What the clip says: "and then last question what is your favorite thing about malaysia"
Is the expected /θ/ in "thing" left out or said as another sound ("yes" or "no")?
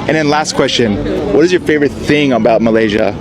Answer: no